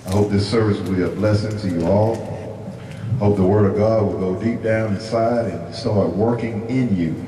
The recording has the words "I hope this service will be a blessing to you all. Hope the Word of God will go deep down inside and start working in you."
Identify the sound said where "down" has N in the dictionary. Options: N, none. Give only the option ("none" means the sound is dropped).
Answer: N